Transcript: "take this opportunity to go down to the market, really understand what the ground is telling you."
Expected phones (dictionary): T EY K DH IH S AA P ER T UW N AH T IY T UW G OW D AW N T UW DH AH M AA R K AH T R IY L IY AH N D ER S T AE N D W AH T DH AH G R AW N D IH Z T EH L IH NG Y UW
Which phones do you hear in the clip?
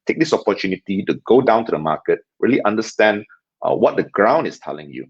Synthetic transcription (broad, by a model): T EY K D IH S AA P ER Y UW N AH T IY T UW G OW D AW N T UW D AH M AA K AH T R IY L IY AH N D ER S T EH N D W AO T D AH G R AW N D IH S T EH L IH NG Y UW